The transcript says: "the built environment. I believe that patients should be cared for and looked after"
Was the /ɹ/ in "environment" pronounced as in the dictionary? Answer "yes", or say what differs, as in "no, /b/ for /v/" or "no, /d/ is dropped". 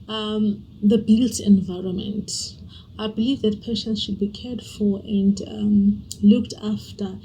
yes